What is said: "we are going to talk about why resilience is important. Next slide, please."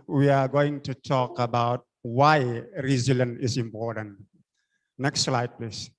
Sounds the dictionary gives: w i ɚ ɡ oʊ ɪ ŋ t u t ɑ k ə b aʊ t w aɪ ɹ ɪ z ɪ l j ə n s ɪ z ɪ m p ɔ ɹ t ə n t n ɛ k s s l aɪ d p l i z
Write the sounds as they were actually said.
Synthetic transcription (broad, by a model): w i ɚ ɡ oʊ ɪ ŋ t u t ɑ k ə b aʊ t w aɪ ɹ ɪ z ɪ l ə n ɪ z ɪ m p ɔ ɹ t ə n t n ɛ k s s l aɪ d p l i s